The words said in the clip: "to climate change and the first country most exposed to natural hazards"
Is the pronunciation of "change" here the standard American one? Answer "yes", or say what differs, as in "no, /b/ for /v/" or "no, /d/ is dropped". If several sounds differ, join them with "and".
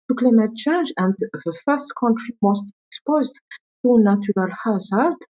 yes